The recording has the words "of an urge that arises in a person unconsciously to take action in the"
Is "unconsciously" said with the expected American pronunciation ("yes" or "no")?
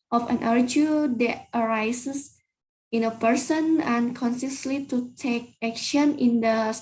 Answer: no